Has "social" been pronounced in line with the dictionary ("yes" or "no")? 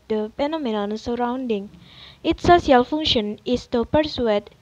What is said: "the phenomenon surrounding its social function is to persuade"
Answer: no